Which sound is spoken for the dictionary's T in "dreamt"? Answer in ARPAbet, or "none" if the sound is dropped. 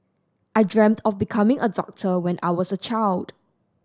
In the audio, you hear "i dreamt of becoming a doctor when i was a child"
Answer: T